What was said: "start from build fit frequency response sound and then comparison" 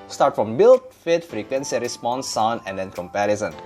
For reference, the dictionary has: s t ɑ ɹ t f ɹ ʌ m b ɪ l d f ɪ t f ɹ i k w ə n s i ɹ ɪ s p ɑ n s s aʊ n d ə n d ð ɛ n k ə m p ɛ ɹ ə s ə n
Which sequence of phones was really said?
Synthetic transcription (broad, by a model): s t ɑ ɹ t f ɹ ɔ m b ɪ l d f ɪ t f ɹ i k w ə n s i ɹ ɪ s p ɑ n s s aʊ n ə n d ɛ n k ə m p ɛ ɹ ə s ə n